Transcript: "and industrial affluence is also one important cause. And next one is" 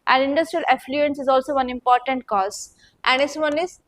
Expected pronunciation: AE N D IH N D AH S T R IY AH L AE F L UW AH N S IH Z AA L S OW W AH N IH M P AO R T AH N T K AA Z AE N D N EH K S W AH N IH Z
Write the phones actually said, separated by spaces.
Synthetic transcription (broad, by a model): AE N D IH N D AH S T R IY AH L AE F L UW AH N S IH Z AA L S OW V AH N IH M P AO R T AH N T K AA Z AE N D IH S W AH N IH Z